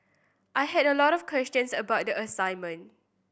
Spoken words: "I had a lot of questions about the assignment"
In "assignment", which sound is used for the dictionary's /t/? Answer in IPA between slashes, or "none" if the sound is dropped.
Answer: none